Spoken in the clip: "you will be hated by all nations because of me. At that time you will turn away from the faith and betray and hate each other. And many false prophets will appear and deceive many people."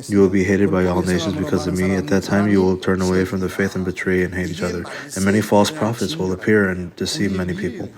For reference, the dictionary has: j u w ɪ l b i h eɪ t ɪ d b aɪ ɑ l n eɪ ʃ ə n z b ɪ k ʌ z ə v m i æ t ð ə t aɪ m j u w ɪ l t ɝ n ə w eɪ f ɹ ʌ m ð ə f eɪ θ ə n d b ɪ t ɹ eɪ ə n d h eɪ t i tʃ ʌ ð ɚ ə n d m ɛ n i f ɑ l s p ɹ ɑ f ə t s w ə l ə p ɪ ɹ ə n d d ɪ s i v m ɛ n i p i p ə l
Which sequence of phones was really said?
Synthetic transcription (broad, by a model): j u w ɪ l b i h eɪ t ɪ d b aɪ ɑ l n eɪ ʃ ə n z b ɪ k ʌ z ə v m i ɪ t ð ə t aɪ m j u w ɪ l t ɝ n ə w eɪ f ɹ ʌ m ð ə f eɪ θ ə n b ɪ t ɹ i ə n h eɪ t i tʃ ʌ ð ɚ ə n m ɛ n i f ɑ l s p ɹ ɑ f ə t s w ə l ə p ɪ ɹ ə n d d ɪ s i v m ɛ n i p i p l